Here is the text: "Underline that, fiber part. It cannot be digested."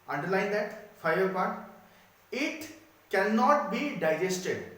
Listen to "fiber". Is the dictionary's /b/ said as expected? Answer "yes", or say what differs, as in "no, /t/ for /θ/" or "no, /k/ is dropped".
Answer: no, /b/ is dropped